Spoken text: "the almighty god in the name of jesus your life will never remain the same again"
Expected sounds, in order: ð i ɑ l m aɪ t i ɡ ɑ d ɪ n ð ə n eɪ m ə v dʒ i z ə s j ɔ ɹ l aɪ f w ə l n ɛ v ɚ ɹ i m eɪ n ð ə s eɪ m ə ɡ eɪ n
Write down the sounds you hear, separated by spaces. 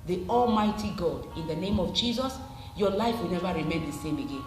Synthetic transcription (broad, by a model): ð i ɑ l m aɪ t i ɡ ɑ d ɪ n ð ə n eɪ m ə v dʒ i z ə s j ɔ l aɪ f w ə l n ɛ v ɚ ɹ i m eɪ n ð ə s eɪ m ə ɡ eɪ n